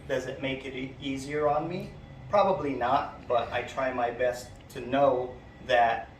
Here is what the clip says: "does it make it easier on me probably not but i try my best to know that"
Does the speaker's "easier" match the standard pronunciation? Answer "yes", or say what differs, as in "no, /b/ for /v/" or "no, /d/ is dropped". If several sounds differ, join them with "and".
yes